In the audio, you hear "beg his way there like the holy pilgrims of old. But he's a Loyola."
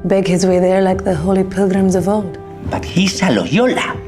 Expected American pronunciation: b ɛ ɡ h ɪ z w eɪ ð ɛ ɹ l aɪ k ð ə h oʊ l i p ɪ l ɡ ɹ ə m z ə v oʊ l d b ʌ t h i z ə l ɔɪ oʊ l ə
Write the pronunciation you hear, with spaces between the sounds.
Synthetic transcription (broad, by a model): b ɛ ɡ h ɪ z w eɪ ð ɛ ɹ l aɪ k ð ə h oʊ l i p ɪ l ɡ ɹ ə m z ə v oʊ l d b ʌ t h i s ə l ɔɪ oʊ l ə